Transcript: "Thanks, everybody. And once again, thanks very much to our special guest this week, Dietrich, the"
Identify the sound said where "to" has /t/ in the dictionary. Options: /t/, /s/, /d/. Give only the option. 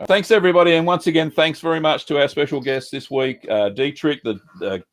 /t/